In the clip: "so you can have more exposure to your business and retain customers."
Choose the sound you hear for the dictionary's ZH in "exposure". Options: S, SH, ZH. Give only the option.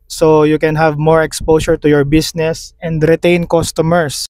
S